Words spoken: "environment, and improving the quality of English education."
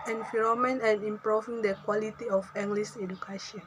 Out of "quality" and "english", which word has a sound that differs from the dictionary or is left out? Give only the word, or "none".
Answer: english